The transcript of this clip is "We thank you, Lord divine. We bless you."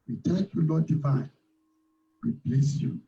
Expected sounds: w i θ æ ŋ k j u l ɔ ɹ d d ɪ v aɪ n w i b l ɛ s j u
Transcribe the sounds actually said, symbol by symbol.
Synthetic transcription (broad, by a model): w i t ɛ k j u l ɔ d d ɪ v aɪ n w i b l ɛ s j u